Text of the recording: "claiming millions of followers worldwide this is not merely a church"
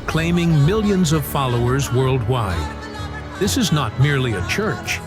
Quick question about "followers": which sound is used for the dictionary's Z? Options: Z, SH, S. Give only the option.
Z